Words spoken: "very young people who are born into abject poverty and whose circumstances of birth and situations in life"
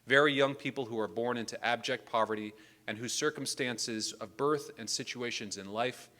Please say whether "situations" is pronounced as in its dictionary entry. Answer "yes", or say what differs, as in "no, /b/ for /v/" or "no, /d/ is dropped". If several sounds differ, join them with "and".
yes